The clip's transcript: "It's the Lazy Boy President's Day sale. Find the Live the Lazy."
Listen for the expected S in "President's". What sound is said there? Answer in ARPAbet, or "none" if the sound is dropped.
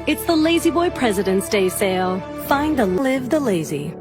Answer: S